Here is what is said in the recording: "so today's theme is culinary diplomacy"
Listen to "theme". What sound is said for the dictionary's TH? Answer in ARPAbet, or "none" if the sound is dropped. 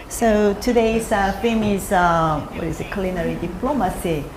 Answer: F